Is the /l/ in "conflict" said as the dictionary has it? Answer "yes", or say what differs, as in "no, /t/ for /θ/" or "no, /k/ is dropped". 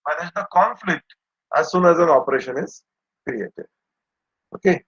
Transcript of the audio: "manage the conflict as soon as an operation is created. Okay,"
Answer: yes